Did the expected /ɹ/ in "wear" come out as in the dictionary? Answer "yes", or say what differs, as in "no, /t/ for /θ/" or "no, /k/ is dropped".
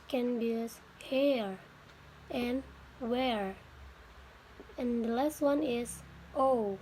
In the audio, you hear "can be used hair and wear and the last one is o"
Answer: yes